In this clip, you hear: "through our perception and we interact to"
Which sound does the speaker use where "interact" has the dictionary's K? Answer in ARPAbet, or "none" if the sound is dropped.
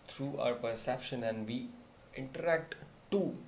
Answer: K